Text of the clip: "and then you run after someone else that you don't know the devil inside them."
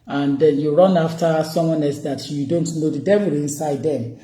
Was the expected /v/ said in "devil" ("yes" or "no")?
no